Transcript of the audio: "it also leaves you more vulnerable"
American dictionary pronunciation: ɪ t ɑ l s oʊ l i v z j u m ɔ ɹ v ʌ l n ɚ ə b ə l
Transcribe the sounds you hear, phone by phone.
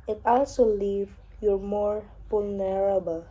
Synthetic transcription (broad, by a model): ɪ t ɑ l s oʊ l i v j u m ɔ ɹ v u l n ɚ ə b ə l